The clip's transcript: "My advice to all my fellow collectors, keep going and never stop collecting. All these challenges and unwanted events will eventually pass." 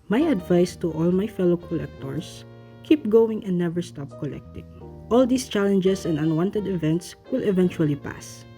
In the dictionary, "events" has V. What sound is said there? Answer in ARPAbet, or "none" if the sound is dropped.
V